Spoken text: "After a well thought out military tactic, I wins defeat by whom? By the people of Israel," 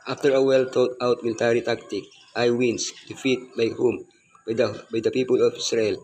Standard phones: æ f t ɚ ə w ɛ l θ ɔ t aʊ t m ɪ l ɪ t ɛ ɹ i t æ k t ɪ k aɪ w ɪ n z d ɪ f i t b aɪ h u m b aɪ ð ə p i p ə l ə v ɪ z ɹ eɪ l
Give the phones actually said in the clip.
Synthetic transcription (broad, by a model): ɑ f t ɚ ə w ɛ l t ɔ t aʊ t m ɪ l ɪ t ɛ ɹ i t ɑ k t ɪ k aɪ w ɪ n s d ɪ f i t b aɪ h u m b aɪ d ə p i p ə l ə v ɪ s ɹ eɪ l